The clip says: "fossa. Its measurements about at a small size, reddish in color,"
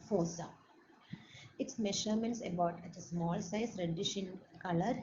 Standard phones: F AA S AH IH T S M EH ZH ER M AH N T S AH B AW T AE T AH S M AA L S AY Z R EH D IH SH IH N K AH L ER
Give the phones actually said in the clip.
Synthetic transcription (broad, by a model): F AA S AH IH T S M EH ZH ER M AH N T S AH B AW T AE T AH S M AA L S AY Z R EH D IH SH IH N K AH L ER